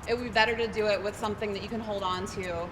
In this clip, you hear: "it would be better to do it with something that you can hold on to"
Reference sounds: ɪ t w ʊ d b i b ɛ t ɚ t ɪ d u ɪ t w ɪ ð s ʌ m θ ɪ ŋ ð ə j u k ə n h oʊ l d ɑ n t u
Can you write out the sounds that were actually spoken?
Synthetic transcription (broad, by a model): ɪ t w b i b ɛ t ɚ t ɪ d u ɪ t w ɪ ð s ʌ m θ ɪ ŋ ð ə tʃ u k ə n h oʊ l d n t u